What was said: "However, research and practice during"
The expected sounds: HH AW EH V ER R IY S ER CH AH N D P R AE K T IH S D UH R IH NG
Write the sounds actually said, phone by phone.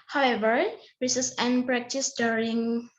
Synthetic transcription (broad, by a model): HH AW EH V ER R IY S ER S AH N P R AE K T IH S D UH R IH NG